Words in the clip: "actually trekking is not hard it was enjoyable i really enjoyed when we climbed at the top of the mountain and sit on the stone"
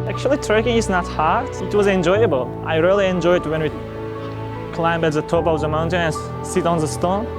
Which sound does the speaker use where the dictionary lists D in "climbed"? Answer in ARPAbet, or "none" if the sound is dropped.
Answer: none